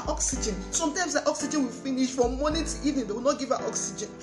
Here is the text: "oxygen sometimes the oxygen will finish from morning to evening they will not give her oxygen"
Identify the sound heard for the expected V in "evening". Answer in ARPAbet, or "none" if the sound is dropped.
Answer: none